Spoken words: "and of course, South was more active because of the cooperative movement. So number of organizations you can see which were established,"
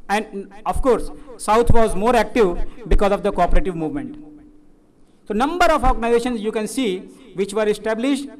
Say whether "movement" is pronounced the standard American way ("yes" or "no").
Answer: yes